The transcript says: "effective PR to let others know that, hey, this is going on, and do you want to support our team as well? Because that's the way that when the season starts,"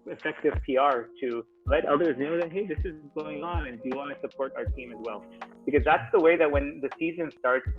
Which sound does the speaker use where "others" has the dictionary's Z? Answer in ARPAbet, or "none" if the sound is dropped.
Z